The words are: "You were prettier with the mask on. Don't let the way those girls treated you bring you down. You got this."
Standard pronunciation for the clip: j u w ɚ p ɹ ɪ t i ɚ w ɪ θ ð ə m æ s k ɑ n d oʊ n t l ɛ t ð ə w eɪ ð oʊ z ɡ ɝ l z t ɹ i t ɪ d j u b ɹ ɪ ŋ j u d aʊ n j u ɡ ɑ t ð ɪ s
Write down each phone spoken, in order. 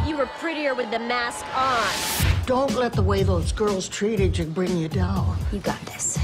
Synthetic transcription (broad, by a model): j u w ɚ p ɹ ɪ t i ɚ w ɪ ð ə m æ s k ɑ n d oʊ n t l ɛ t ð ə w eɪ ð oʊ z ɡ ɝ l z t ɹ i t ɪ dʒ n b ɹ ɪ ŋ j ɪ d aʊ n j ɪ ɡ ɑ t ð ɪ s